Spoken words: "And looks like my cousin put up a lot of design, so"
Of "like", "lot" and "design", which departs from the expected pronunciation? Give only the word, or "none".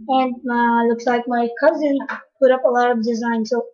none